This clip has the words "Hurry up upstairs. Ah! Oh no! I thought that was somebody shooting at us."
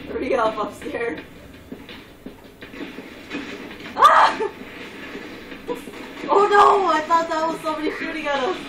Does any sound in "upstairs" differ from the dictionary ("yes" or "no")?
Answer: yes